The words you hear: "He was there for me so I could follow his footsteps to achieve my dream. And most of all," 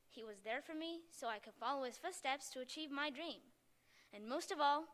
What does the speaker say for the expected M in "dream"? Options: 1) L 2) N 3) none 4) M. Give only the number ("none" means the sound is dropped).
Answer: 4